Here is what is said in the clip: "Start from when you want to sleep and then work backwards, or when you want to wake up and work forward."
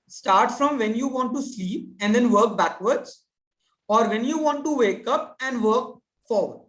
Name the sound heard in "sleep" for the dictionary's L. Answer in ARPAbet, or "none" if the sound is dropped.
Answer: L